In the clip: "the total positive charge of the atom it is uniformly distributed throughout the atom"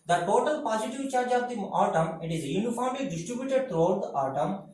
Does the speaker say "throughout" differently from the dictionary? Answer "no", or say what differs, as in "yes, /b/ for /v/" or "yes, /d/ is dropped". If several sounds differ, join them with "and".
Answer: yes, /t/ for /θ/